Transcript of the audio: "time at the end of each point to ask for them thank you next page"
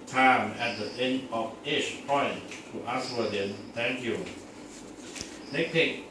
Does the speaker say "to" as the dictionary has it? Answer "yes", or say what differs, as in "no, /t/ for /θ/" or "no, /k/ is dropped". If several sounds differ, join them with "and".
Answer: yes